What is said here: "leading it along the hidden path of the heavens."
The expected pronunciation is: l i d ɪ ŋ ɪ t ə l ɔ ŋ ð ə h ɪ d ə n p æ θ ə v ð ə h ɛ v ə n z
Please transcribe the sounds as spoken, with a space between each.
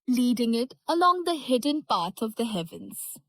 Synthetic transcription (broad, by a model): l i d ɪ ŋ ɪ t ə l ɔ ŋ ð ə h ɪ d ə n p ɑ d ə v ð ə h ɛ v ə n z